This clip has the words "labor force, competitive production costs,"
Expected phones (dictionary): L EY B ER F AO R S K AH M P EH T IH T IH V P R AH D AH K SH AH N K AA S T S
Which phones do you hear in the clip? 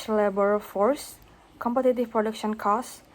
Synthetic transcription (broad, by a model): L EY B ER F AO R S K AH M P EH T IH T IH F P R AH D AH K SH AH N K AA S S